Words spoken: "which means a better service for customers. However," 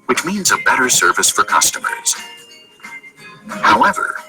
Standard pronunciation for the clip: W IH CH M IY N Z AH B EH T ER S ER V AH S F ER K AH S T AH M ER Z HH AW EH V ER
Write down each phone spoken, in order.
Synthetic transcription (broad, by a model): W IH CH M IY N Z AH B EH T ER S ER V AH S F ER K AH S T AH M ER Z HH AW EH V ER